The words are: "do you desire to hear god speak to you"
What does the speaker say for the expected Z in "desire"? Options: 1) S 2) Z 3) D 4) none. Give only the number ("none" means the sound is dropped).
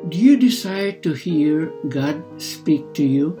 1